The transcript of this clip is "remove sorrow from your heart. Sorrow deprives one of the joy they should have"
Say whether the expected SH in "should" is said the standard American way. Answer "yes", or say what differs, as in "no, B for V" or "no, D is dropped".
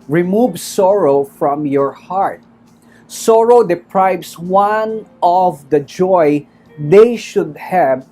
yes